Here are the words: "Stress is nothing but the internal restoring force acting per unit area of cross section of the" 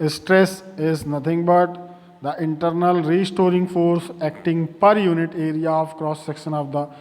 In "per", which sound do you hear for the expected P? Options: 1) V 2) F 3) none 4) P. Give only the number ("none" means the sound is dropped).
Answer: 4